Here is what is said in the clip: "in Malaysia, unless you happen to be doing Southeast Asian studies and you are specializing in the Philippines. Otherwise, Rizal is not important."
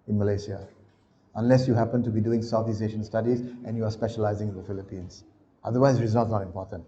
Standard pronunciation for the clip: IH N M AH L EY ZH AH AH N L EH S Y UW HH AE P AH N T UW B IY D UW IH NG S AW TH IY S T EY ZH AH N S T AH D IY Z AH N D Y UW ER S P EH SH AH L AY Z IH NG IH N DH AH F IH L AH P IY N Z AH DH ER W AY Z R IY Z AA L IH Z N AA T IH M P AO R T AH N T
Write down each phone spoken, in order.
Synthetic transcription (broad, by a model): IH N M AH L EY S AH AH N L EH S Y UW HH AE P AH N T UW B IY D UW IH NG S AW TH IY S EY SH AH N S T AH D IY Z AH N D Y UW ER S P EH SH AH L AY Z IH NG IH N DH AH F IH L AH P IY N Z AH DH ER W AY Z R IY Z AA L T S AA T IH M P AO T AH N T